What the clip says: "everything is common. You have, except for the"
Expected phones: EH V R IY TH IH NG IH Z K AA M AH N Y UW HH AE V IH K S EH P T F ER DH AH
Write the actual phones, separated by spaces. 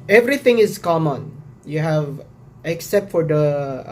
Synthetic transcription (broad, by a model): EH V R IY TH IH NG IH S K AA M AH N Y UW HH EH V IH K S EH P T F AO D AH